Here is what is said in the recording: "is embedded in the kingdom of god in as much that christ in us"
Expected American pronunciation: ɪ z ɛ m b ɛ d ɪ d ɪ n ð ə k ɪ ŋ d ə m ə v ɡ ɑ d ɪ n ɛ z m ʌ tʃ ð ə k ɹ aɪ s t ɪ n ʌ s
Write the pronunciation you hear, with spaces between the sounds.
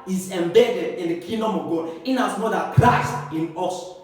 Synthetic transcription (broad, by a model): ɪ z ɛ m b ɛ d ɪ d ɪ n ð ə k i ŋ d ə m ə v ɡ ɑ d ɪ n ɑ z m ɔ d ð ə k l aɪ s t ɪ n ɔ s